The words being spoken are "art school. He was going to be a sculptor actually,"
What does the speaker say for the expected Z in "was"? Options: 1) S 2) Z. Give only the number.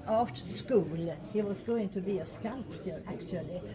1